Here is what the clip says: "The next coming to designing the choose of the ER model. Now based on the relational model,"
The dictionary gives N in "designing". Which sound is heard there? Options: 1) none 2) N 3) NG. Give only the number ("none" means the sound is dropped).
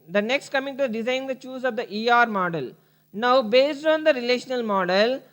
1